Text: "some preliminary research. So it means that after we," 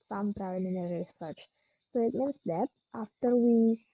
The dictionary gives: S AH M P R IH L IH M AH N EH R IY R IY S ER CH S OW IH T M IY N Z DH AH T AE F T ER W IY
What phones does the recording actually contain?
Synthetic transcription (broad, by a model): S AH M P R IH IH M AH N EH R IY R IY S ER CH S OW IH T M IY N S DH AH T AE F T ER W IY